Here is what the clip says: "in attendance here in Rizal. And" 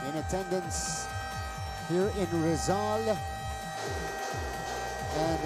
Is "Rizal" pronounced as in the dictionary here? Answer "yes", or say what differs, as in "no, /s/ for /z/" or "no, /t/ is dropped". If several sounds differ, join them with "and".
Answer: yes